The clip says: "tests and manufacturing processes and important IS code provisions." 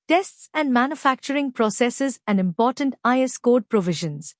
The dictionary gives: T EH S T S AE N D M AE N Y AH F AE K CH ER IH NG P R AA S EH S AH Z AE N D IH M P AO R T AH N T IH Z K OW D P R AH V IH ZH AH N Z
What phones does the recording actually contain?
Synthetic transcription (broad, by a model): T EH S T S AE N D M AE N Y AH F AE K CH ER IH NG P R AA S EH S AH Z AE N D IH M P AO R T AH N T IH S K OW D P R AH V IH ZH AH N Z